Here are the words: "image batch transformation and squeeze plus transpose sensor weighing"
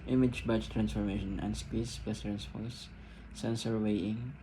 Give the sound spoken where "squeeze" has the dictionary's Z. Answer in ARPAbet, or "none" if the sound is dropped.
S